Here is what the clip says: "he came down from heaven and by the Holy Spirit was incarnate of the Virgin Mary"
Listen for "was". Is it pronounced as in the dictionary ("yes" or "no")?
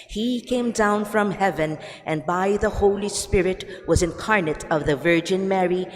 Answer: yes